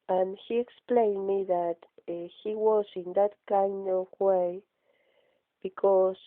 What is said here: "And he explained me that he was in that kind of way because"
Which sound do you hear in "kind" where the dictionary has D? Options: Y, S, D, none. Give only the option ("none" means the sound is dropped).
none